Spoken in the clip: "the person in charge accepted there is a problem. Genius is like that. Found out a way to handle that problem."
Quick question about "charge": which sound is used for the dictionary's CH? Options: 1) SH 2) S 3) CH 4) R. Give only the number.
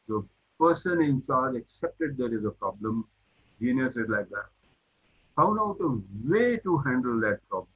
2